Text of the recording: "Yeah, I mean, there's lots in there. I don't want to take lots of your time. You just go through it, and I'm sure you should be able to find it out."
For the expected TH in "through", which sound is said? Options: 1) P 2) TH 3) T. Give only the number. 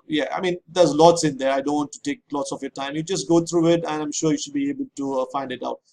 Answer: 3